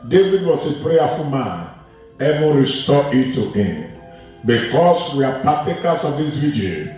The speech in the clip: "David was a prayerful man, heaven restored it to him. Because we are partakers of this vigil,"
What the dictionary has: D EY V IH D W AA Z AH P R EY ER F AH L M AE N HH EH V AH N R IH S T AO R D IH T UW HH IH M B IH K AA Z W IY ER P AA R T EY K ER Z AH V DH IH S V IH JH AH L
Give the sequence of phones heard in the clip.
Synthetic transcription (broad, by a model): D EY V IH D W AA S AH P R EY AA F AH M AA N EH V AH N R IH S T AO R IH T UW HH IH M B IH K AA S W IY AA P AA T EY K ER S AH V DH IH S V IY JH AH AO